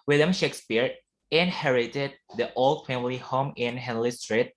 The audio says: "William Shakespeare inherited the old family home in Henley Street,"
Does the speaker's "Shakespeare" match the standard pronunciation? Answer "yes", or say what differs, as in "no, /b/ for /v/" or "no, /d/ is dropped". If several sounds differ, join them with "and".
yes